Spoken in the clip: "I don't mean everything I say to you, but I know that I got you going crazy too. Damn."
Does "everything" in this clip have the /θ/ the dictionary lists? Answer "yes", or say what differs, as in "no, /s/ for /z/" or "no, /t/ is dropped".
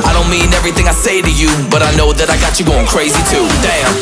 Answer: yes